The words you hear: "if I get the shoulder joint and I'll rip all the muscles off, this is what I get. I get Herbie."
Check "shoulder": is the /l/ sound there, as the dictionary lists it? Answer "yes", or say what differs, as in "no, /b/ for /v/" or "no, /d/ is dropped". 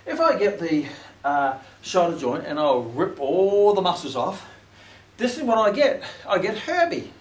no, /l/ is dropped